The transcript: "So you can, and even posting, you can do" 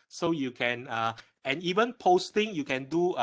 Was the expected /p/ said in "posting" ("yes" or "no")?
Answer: yes